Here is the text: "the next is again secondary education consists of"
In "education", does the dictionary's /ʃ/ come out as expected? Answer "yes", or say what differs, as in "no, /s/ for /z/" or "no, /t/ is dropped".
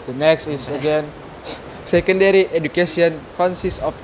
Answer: no, /s/ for /ʃ/